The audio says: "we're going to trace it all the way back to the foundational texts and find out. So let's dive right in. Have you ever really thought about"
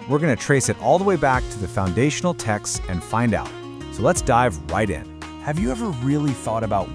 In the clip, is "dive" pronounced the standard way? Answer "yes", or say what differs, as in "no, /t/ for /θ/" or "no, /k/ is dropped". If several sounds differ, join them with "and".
yes